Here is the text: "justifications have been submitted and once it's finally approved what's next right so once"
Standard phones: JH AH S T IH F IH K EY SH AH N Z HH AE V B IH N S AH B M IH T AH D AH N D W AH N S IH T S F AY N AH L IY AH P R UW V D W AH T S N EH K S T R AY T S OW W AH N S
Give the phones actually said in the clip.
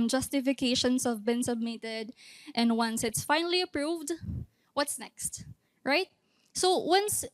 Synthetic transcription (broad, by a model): JH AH S T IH F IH K EY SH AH N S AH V B IH N S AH B M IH T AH D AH N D W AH N S IH T S F AY N AH L IY AH P R UW V D W AH T S N EH K S T R AY T S OW W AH N S